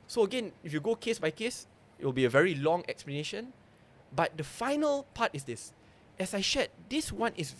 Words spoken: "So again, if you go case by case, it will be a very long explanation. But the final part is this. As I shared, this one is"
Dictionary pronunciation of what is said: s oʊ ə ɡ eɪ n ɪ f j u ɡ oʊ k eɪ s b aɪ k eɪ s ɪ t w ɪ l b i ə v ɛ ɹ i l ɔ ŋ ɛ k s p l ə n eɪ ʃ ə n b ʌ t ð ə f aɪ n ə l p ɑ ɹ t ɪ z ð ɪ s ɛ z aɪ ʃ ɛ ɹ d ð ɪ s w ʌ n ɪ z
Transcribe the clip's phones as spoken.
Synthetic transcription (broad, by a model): s oʊ ə ɡ eɪ n ɪ f j u ɡ oʊ k eɪ s b aɪ k eɪ s ɪ t w ɪ l b i ə v ɛ ɹ i l ɔ ŋ ɛ k s p l ə n eɪ ʃ ə n b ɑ t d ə f aɪ n ə l p ɑ t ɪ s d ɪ s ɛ s aɪ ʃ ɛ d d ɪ s w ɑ n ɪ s